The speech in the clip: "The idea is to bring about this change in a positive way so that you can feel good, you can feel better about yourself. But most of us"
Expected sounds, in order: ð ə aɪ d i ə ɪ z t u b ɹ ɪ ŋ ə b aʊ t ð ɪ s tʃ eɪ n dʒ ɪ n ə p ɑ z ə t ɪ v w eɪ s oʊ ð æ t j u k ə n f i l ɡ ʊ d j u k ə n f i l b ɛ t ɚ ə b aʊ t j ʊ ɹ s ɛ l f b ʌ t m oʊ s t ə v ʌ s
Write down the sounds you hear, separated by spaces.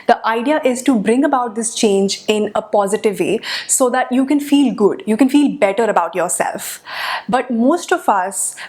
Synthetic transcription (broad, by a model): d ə aɪ d i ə ɪ z t u b ɹ ɪ ŋ ə b aʊ t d ɪ s tʃ eɪ n dʒ ɪ n ə p ɑ z ə t ɪ v eɪ s oʊ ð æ t j u k ə n f i l ɡ ʊ d j u k ə n f i l b ɛ t ɚ ə b aʊ t j ʊ ɹ s ɛ l f b ʌ t m oʊ s t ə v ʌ s